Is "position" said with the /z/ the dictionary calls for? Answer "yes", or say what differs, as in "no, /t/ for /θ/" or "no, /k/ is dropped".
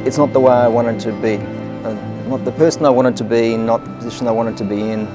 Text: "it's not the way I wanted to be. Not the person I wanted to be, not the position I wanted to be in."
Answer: yes